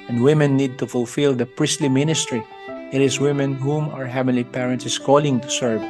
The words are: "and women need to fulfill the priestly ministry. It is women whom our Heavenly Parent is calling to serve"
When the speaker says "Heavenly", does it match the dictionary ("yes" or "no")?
no